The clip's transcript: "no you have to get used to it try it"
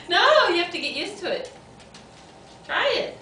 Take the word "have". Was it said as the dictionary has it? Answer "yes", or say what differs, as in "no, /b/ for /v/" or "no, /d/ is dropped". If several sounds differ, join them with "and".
no, /f/ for /v/